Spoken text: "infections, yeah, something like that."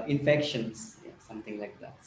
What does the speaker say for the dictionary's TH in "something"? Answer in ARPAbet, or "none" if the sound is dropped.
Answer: T